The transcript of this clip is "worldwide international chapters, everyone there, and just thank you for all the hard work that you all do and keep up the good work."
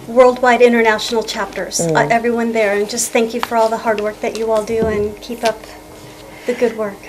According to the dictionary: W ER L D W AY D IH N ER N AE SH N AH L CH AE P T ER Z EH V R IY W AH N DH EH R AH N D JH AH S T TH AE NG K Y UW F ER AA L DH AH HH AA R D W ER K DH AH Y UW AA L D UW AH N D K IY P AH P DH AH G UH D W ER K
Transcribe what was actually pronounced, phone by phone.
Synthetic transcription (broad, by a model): W ER L D W AY D IH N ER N AE SH N L CH AE P T ER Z EH V R IY W AH N DH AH R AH N JH AH S T TH AE NG K Y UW F ER AA L DH AH HH AA R D W ER K DH AH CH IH AA L D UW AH N K IY P AH P DH AH G UH D W ER K